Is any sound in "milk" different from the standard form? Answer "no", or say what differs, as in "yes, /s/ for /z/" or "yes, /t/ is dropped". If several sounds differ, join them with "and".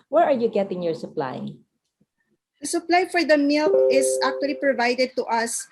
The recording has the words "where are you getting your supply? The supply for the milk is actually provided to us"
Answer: yes, /k/ is dropped